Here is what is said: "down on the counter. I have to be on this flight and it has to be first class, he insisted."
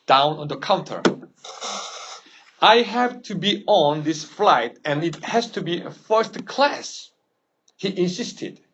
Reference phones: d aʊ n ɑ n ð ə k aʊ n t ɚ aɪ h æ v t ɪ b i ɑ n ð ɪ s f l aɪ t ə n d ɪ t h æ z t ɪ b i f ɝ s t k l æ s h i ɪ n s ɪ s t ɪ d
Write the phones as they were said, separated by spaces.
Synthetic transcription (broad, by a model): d aʊ n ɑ n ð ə k aʊ n t ɚ aɪ h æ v t ɪ b i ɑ n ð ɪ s f l aɪ t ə n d ɪ t h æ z t ɪ b i f ɝ s t k l æ s h i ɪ n s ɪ s t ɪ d